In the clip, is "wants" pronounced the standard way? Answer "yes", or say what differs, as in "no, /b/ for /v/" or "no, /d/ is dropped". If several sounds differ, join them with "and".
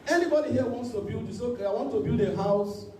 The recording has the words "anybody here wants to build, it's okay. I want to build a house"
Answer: yes